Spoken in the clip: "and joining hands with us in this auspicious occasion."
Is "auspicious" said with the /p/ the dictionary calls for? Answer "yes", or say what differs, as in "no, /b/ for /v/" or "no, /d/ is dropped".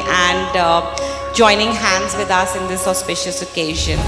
yes